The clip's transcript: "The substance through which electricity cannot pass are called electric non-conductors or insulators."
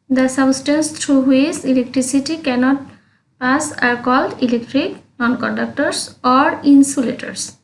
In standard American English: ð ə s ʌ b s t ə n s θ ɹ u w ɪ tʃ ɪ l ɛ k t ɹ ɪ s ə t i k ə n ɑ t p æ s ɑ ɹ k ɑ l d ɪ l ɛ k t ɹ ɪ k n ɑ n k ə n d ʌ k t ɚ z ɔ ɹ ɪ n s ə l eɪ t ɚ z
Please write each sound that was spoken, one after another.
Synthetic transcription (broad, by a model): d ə s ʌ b s t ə n s t ɹ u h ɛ s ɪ l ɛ k t ɹ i s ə t i k ə n ɑ t p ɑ s ɑ ɹ k ɑ l d ɪ l ɛ k t ɹ ɪ k n ɑ n k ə n d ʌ k t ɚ s ɔ ɹ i n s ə l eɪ t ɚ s